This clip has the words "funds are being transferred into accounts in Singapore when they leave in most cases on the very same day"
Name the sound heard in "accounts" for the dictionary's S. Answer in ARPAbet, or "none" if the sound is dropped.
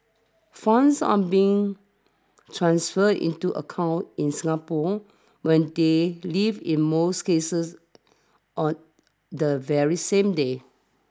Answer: none